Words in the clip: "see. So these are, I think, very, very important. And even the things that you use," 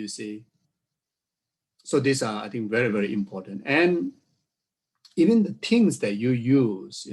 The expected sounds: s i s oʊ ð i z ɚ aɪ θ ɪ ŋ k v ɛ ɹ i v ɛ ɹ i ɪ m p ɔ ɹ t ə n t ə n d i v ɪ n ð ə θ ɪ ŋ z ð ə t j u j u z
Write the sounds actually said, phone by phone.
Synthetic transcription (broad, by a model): s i s oʊ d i s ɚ aɪ t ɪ ŋ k v ɛ ɹ i v ɛ ɹ i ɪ m p ɔ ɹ t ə n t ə n i v ɪ n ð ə t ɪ ŋ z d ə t j u j u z